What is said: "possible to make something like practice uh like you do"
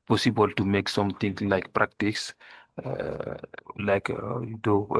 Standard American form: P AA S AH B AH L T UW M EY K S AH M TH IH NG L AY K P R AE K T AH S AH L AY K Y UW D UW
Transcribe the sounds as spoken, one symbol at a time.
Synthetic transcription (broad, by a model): P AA S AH B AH L T UW M EY K S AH M T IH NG L AY K P R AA K T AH S L AY K Y UW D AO